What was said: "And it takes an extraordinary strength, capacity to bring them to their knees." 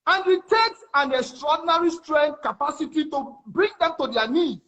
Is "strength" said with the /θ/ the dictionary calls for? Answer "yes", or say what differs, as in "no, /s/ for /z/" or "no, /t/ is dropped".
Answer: no, /t/ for /θ/